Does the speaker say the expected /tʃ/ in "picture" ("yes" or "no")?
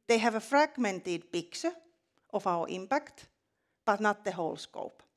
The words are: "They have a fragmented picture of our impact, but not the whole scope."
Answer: no